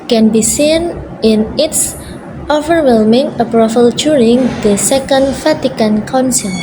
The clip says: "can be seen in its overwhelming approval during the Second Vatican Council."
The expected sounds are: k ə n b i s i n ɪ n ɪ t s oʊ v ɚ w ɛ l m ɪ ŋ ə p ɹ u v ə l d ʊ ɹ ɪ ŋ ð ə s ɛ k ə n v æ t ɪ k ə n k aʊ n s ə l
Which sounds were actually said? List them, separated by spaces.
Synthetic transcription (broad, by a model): k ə n b i s i n ɪ n ɪ t s oʊ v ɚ w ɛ l m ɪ ŋ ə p ɹ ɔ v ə l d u ɹ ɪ ŋ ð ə s ɛ k ə n f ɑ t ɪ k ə n k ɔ n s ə